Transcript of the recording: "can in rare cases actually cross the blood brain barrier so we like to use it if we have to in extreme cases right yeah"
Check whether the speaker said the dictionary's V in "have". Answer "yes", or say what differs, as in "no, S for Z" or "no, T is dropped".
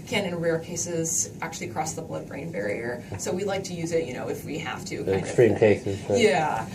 no, F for V